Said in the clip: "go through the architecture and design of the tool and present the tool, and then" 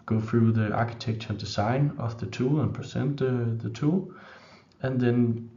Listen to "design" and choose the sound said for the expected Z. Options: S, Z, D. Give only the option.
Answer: S